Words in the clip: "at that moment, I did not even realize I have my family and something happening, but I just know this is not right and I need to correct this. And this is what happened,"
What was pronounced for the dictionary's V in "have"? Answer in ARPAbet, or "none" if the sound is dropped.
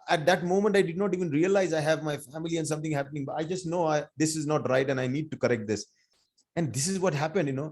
V